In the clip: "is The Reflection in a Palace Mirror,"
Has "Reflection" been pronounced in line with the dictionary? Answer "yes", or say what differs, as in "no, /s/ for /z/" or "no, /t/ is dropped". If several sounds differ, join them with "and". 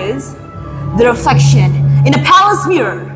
no, /l/ is dropped